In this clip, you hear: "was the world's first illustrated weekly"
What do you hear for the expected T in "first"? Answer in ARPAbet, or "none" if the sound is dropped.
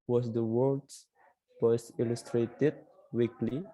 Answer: none